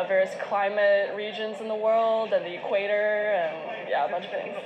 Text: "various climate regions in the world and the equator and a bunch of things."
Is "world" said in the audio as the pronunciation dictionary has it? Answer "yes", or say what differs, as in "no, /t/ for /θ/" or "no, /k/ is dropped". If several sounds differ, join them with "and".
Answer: yes